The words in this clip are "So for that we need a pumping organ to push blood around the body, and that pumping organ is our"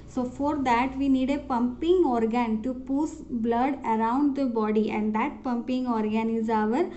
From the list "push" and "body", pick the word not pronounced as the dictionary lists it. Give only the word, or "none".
push